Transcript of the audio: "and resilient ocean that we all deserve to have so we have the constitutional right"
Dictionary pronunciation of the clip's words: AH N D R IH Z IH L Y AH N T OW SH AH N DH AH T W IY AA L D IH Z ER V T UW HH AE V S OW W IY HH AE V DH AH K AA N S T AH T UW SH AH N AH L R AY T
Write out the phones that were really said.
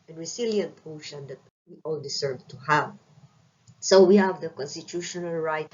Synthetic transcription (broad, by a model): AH N R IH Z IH L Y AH N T OW SH AH N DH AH T W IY AA L D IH S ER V T UW HH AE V S OW W IY HH AE V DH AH K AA N S T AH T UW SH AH N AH L R AY T